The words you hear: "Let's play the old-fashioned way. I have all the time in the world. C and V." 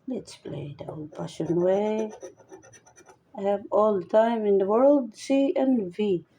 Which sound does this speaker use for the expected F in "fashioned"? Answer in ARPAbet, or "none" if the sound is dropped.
P